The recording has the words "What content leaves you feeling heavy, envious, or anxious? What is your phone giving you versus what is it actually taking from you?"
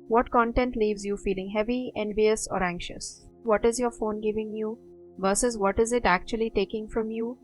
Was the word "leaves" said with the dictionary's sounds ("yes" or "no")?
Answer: yes